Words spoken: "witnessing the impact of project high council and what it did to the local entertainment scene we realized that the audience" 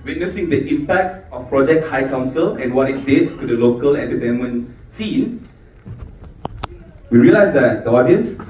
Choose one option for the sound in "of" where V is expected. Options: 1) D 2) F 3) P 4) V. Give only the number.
2